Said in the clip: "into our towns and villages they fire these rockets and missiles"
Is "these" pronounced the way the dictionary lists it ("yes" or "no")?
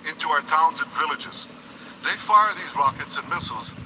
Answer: yes